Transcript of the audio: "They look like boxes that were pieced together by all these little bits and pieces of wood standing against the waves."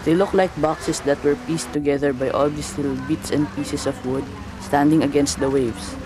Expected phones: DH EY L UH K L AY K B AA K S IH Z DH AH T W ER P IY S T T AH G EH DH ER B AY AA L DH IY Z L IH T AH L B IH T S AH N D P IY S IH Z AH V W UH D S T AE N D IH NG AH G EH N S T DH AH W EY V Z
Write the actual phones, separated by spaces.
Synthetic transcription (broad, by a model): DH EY L UH K L AY K B AA K S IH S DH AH T W ER P IY S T T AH G EH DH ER B AY AA L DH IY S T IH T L B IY T S AH N D P IY S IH S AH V W UH D S T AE N D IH NG AH G EH N S T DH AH W EY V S